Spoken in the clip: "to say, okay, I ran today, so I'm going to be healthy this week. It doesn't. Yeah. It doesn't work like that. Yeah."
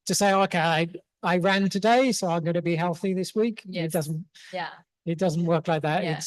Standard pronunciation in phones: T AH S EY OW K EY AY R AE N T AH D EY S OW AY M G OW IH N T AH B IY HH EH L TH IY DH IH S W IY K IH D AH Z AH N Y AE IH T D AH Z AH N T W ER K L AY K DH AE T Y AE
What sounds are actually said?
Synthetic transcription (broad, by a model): T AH S EY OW K EY AY R AE N T AH D EY S OW AY M G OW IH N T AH B IY HH EH L TH IY DH IH S W IY K IH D AH Z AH N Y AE IH T D AH Z AH N T W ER K L AY K DH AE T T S